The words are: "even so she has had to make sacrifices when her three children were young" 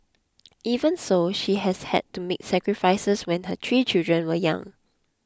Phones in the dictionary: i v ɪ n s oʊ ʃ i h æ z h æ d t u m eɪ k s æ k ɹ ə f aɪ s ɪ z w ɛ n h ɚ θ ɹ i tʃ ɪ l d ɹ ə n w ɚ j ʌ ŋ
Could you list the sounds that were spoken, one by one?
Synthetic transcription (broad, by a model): i v ɪ n s oʊ ʃ i h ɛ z h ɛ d t u m eɪ k s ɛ k ɹ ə f aɪ s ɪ s w ɛ n h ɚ t ɹ i tʃ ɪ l d ɹ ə n w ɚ j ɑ ŋ